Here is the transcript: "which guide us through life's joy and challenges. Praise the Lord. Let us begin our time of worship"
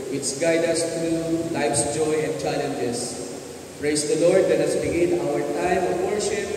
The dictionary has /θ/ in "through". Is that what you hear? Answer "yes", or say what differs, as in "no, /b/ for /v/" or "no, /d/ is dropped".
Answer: no, /t/ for /θ/